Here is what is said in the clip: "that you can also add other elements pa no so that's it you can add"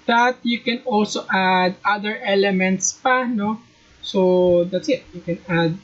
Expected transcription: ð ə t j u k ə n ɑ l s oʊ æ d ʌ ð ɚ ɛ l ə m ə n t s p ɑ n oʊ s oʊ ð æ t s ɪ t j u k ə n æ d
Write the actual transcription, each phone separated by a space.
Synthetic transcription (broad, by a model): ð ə t j u k ə n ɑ l s oʊ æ d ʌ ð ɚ ɛ l ə m ə n t s p ɑ n oʊ s oʊ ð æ t s ɪ t j u k ə n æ d